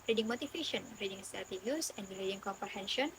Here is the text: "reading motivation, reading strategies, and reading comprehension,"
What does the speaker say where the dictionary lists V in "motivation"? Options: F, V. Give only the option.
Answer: F